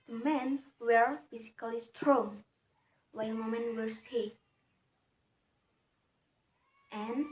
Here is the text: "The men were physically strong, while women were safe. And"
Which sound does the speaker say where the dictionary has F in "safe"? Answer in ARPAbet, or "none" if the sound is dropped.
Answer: none